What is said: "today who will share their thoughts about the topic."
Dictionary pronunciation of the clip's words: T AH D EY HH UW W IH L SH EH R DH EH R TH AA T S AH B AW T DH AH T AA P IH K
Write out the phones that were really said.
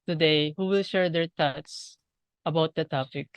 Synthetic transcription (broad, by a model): T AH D EY HH UW W IH L SH EH R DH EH R T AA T S AH B AW T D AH T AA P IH K